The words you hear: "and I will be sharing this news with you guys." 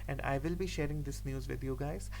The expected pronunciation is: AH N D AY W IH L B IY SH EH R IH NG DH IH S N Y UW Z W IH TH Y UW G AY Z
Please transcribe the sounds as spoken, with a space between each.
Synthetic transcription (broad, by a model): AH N D AY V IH L B IY SH EH R IH NG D IH S N Y UW Z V IH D Y UW G AY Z